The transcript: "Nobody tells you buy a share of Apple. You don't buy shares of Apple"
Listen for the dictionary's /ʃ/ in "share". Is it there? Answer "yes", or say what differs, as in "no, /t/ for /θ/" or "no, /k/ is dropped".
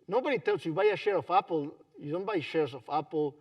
yes